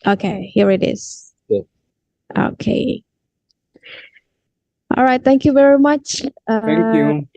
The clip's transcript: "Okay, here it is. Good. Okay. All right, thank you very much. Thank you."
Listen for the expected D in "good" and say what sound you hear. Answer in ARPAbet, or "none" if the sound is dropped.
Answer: none